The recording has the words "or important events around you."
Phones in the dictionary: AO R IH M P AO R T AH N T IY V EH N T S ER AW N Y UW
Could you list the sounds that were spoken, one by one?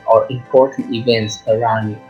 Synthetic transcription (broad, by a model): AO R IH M P AO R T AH N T IY V EH N T S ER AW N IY